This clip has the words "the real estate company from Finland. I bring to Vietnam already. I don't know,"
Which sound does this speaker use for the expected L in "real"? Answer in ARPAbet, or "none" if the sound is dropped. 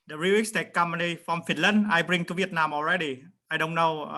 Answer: W